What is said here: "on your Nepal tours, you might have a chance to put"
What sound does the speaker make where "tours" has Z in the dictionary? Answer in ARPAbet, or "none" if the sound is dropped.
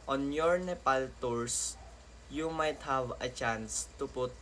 S